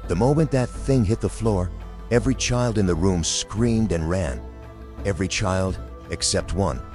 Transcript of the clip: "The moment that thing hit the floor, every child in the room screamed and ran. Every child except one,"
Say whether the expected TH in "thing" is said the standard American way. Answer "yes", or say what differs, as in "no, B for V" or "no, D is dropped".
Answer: yes